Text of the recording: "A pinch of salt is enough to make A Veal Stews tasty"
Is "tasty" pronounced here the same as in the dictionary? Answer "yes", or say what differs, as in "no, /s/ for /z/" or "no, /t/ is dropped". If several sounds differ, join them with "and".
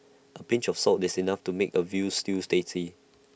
no, /s/ is dropped